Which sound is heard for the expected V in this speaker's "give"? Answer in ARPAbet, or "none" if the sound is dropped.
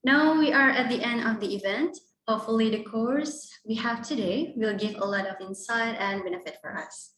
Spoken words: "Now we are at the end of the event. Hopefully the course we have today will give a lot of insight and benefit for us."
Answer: V